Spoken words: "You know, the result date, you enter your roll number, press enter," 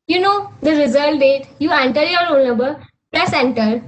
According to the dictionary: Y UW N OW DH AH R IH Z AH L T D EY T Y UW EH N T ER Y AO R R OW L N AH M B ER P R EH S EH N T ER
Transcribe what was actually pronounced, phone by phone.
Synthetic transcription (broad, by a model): Y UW N OW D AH R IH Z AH T D EY T Y UW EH N T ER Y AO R R OW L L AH M B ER P R EH S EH N T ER